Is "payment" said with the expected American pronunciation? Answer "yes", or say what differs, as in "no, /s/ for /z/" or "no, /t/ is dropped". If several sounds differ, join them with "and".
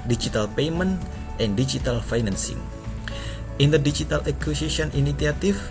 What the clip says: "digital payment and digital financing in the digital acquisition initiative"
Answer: yes